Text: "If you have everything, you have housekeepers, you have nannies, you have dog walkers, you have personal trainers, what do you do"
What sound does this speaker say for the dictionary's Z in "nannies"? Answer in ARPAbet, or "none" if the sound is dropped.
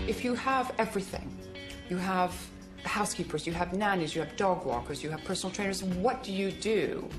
Z